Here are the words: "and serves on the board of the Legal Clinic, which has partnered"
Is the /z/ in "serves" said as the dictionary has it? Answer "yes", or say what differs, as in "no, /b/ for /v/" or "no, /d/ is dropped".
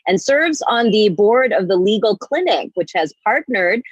yes